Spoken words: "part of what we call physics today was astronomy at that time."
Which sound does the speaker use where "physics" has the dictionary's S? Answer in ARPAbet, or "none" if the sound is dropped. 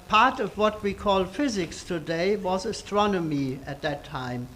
S